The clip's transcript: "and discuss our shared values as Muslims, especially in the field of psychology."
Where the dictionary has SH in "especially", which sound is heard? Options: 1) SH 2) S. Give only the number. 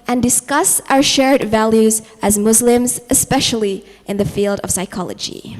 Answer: 1